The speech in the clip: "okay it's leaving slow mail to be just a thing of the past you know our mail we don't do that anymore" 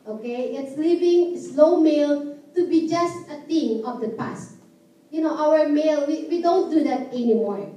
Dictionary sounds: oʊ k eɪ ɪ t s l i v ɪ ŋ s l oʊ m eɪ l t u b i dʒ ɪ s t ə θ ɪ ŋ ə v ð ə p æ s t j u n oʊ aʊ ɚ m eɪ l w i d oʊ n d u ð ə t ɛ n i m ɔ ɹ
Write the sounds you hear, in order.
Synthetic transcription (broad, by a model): oʊ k eɪ ɪ t s l i v ɪ ŋ s l oʊ m eɪ l t u b i dʒ ɪ s t ə t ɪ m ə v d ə p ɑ s t j u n oʊ aʊ ɚ m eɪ l w i d oʊ n d u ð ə t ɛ n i m ɔ ɹ